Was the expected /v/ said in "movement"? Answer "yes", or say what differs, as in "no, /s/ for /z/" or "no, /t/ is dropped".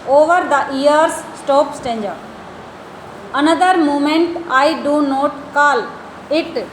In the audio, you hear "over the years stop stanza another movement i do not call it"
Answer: no, /v/ is dropped